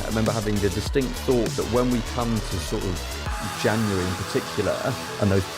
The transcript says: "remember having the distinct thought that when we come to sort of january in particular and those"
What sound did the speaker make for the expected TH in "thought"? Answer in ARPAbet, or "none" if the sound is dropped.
TH